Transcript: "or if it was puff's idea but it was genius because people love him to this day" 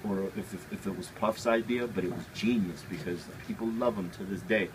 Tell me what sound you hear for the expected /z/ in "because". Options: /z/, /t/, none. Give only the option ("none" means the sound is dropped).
/z/